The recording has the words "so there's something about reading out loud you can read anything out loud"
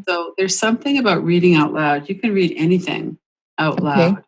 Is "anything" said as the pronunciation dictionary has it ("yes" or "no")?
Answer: yes